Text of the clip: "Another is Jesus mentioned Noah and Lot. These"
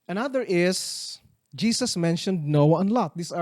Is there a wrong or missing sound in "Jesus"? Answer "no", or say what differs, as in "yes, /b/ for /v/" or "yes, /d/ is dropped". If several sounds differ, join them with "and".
yes, /s/ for /z/